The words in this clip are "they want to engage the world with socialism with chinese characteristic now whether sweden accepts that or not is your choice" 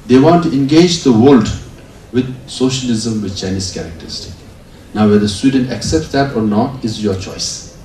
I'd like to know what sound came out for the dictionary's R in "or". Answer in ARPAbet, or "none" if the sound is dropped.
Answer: R